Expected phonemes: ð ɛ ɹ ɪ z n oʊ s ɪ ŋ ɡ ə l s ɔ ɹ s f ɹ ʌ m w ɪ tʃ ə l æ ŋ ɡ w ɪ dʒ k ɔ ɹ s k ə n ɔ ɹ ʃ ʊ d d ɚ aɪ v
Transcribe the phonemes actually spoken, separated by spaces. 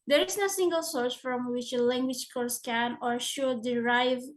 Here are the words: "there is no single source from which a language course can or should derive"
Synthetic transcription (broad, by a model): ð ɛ ɹ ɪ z n oʊ s ɪ ŋ ɡ ə l s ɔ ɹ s f ɹ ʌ m w ɪ tʃ ə l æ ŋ ɡ w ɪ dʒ k ɔ ɹ s k ə n ɔ ɹ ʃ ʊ d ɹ aɪ v